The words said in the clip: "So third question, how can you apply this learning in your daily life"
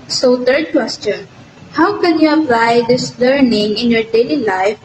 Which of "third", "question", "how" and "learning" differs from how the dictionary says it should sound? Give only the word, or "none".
third